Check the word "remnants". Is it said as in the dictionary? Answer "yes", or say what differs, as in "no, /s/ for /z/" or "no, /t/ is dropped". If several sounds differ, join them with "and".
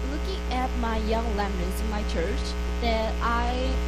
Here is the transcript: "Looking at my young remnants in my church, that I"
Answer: no, /l/ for /ɹ/